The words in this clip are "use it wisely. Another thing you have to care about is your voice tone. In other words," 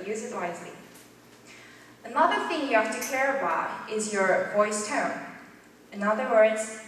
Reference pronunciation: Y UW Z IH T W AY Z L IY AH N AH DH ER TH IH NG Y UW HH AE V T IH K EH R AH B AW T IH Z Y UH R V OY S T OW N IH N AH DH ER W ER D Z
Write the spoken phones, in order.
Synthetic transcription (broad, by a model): Y UW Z IH T W AY Z L IY AH N AH DH ER TH IH NG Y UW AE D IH K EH R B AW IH IH Z Y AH R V OY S T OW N IH N AH DH ER W ER D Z